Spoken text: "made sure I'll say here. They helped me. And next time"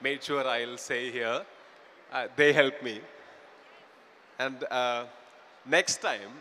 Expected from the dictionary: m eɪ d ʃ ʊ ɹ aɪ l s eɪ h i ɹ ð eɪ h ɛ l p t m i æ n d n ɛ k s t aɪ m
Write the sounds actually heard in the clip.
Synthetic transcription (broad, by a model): m eɪ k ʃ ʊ ɹ aɪ l s eɪ h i ɹ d eɪ h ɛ l p m i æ n d n ɛ k s t aɪ m